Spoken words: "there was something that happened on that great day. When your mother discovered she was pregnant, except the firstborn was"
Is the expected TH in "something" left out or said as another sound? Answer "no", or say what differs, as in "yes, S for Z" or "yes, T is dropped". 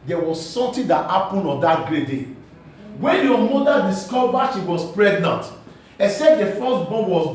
yes, T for TH